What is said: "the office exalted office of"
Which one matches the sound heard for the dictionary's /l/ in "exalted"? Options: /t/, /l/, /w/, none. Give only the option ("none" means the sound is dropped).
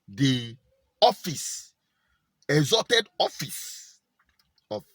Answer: none